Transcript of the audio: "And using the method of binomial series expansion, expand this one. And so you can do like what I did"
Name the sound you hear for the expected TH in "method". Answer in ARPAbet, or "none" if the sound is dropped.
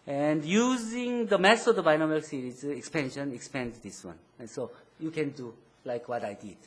S